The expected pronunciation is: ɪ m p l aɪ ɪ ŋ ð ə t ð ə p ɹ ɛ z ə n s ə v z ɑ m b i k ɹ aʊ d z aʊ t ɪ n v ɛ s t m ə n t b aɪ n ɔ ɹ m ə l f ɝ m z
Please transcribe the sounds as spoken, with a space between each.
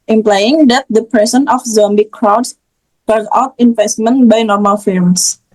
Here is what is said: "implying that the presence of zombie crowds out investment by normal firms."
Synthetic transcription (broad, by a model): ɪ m p l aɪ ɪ ŋ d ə t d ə p ɹ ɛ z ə n ə f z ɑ m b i k ɹ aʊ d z aʊ t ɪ n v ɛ s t m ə n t b aɪ n ɔ ɹ m ə l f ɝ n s